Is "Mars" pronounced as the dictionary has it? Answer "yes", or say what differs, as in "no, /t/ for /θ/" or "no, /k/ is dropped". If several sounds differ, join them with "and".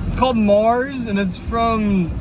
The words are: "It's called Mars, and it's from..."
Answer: yes